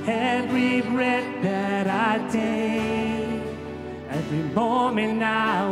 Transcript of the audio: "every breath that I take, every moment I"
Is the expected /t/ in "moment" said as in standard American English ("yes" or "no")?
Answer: no